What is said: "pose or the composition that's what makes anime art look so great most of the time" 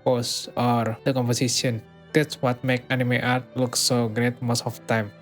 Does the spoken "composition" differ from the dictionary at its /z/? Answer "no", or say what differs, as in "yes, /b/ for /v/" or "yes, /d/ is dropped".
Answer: yes, /s/ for /z/